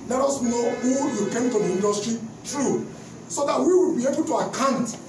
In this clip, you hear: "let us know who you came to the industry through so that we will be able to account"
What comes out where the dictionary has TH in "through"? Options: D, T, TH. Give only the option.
T